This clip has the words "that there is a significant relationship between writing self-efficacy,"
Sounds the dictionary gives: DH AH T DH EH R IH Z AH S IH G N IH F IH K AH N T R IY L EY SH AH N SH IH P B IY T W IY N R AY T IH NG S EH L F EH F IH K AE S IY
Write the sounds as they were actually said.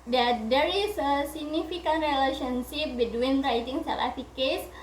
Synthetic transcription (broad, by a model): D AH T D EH R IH S AH S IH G N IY F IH K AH N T R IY L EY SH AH N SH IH P B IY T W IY N R AY T IH NG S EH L EH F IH K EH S